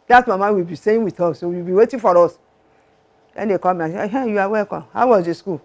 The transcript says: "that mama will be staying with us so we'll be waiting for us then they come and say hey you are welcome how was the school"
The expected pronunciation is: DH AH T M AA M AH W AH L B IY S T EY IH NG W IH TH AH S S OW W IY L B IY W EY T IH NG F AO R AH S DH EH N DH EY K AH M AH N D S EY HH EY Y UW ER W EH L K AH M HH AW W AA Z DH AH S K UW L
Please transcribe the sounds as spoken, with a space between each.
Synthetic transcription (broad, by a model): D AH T M AA M AH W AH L B IY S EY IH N W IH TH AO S S OW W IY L B IY W EY T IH F AO R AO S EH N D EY K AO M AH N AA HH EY Y UW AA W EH K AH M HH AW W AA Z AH S K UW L